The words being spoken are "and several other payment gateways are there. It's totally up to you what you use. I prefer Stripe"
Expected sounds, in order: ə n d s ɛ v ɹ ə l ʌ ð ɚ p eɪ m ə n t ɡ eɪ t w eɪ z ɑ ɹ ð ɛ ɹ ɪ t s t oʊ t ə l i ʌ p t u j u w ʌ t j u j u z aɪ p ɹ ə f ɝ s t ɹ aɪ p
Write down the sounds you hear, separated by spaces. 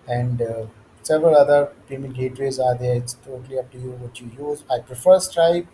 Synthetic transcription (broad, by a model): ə n d s ɛ v ɹ ə l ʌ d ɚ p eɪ m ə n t ɡ eɪ t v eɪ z ɑ ɹ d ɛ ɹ ɪ t s t oʊ t ə l i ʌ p t u j u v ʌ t j u j u z aɪ p ɹ ə f ɝ s t ɹ aɪ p